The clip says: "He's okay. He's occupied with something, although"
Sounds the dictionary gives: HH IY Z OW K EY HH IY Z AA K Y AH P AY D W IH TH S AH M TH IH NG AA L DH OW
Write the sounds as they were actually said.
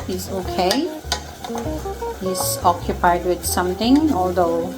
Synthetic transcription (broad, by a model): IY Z OW K EY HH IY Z AA K Y AH P AY D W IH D S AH M T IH NG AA L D OW